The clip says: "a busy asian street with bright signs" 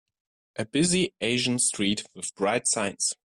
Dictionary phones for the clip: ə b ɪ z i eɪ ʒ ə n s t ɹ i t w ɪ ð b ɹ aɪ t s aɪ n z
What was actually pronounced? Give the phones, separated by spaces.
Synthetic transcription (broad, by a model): ə b ɪ z i eɪ ʒ ə n s t ɹ i t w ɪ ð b ɹ aɪ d s aɪ n s